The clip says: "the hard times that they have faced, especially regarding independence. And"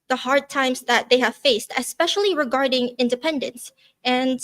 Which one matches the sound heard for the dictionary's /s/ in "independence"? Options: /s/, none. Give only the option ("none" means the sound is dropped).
/s/